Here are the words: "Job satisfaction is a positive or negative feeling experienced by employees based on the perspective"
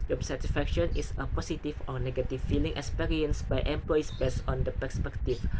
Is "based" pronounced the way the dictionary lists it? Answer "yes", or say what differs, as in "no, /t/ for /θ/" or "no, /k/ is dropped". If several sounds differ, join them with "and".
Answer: no, /t/ is dropped